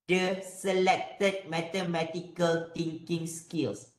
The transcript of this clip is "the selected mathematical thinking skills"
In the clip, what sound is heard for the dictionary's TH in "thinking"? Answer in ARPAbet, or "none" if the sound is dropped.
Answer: T